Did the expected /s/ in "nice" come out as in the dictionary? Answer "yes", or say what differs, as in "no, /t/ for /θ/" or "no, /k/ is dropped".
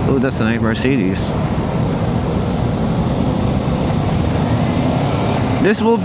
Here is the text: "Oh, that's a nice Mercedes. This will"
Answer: no, /s/ is dropped